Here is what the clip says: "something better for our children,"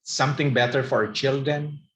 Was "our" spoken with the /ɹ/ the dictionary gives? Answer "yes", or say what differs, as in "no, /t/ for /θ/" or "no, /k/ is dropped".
yes